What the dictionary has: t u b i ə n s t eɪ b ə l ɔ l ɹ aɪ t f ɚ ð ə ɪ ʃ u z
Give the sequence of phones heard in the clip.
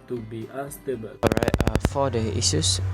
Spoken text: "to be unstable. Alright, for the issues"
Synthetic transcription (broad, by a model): t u b i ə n s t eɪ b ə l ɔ ɹ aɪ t f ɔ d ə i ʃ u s